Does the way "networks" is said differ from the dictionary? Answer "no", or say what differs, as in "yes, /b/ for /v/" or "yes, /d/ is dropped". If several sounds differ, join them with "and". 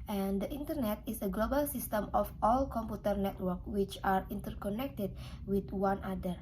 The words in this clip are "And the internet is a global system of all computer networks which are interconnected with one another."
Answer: yes, /s/ is dropped